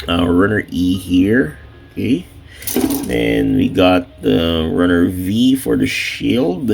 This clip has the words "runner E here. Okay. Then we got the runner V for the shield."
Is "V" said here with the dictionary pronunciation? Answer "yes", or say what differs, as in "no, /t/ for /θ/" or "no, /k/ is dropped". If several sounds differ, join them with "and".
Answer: yes